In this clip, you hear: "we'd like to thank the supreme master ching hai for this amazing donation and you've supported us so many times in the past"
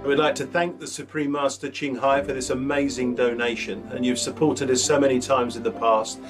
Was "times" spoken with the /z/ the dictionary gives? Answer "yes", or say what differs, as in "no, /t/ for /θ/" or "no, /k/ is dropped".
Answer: yes